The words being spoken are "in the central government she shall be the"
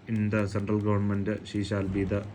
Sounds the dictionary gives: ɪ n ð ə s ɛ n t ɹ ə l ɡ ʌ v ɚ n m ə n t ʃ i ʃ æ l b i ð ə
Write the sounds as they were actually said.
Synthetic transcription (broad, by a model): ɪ n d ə s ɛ n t ɹ ə l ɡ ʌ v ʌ n m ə n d ʃ i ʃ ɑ l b i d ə